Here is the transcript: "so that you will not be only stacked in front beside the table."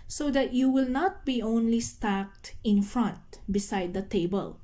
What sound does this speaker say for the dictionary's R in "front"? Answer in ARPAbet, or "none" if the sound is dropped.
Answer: R